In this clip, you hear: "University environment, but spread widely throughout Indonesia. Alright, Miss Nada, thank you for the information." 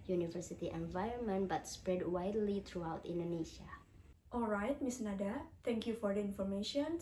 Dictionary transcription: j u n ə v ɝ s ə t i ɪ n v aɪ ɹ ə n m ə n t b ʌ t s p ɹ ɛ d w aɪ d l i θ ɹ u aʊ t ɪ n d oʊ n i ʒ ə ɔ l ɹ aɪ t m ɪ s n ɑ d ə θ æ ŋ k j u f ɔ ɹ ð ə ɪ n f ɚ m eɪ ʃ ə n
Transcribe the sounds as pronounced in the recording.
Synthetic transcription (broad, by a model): j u n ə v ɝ s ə t i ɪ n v aɪ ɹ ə n m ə n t b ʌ t s p ɹ ɛ d w aɪ d l i t ɹ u aʊ t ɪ n d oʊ n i ʃ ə ɔ l ɹ aɪ t m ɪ s n ɑ d ə t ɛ ŋ k j u f ɔ ɹ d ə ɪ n f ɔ m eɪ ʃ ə n